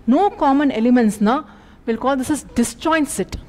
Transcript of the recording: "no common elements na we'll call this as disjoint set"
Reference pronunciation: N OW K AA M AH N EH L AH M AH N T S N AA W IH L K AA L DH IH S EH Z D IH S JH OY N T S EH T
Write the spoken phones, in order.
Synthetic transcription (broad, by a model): N OW K AA M AH N EH L AH M AH N T S N AA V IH L K AA L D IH S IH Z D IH S CH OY N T S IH T